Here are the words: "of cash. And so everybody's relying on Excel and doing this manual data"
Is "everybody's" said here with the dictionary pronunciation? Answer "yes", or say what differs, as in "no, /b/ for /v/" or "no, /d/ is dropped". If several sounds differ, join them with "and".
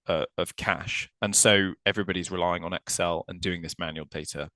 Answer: yes